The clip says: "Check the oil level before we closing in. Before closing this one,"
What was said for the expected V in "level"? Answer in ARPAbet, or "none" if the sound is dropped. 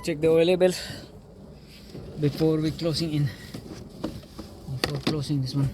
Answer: B